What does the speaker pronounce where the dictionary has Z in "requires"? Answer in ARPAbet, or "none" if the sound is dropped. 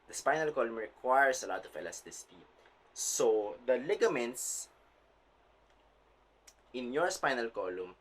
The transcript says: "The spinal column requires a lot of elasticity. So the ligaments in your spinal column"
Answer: S